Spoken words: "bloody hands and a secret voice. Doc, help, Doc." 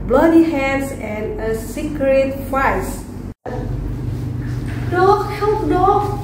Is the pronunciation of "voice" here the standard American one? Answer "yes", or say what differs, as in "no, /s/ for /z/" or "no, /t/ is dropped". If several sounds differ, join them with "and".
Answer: no, /f/ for /v/